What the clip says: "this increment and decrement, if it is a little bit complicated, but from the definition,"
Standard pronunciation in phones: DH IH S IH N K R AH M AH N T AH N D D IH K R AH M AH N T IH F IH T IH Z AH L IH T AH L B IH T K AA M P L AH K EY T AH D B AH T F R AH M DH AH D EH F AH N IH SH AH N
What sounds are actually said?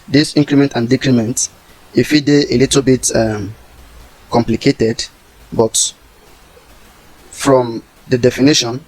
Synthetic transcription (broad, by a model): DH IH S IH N K R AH M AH N T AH N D D IH K R AH M AH N T IH F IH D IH AH L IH T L B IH T K AA M P L AH K EY T AH D B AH T F R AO M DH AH D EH F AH N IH SH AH N